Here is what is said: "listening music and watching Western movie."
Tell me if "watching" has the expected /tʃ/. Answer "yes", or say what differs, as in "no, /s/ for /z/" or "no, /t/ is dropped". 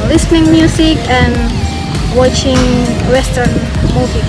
yes